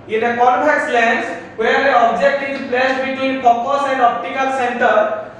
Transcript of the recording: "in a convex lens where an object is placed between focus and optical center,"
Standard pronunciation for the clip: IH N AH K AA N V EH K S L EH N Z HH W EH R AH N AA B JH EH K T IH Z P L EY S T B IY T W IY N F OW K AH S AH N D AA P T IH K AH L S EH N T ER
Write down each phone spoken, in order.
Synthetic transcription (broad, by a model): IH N AH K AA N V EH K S L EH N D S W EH R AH AA B JH EH K T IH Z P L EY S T B IY T W IY N P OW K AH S AH N D AA P T IH K AH L S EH N T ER